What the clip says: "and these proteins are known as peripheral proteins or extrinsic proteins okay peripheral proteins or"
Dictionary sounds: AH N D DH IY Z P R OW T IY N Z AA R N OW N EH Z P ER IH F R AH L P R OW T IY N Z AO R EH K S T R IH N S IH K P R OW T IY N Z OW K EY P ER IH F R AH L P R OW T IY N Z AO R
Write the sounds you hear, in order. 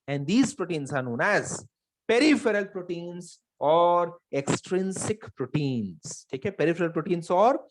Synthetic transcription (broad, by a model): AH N D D IY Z P R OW T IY N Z AA R N OW N EH Z P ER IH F R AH L P R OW T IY N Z AO R EH K S T R IH N S IH K P R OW T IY N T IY K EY P ER IH F R AH L P R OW T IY N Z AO R